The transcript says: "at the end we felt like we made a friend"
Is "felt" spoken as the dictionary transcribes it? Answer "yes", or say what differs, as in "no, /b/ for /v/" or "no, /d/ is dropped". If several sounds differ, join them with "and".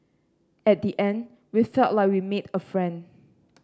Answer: no, /l/ is dropped